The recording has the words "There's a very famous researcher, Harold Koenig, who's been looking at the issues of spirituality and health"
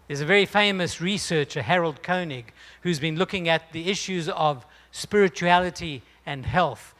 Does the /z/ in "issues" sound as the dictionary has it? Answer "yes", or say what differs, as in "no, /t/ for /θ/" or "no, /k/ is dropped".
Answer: yes